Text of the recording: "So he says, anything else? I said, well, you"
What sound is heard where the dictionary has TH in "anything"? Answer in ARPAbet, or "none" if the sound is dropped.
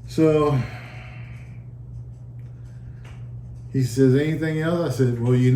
TH